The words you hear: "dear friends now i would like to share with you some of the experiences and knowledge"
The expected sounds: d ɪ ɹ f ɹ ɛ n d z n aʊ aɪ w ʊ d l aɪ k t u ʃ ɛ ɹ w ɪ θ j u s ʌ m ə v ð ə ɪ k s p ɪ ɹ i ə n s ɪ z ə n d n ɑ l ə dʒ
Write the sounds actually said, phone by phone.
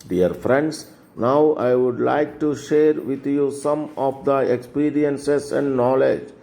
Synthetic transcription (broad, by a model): d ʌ ɹ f ɹ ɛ n d s n aʊ aɪ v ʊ d l aɪ k t u ʃ ɛ ɹ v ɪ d j u s ʌ m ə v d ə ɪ k s p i ɹ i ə n s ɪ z ə n d n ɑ l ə dʒ